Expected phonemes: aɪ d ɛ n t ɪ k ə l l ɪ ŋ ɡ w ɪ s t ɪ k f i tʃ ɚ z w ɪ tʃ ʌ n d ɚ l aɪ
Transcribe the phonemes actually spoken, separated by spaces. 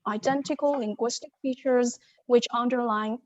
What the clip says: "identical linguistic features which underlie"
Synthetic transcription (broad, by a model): aɪ d ɛ n t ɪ k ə l l ɪ ŋ ɡ w ɪ s t ɪ k f i tʃ ɚ z w ɪ tʃ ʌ n d ɚ l aɪ